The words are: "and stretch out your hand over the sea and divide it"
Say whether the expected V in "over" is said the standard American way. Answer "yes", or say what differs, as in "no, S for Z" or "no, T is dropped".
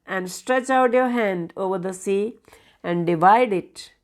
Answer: yes